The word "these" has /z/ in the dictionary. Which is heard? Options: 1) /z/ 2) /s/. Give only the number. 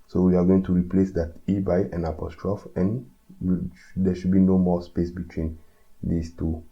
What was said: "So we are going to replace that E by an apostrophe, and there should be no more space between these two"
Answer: 2